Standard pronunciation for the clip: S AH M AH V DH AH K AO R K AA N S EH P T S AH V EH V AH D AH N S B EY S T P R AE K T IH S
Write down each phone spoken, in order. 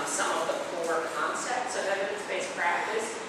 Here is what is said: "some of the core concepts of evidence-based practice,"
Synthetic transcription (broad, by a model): S AH M AH V DH AH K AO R K AA N S EH P T S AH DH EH AH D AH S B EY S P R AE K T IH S